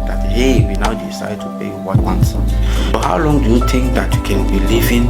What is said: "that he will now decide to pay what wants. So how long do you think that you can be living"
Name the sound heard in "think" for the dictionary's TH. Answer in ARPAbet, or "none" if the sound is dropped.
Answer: T